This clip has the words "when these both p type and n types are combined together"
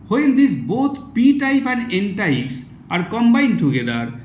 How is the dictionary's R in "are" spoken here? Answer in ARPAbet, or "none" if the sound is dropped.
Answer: R